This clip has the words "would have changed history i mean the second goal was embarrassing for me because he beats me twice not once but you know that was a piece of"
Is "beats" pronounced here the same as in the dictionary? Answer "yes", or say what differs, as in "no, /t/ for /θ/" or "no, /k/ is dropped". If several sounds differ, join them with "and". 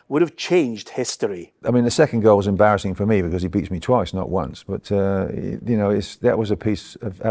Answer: yes